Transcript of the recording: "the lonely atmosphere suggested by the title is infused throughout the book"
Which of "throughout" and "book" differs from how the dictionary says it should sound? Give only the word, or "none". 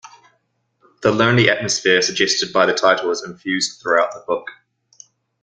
none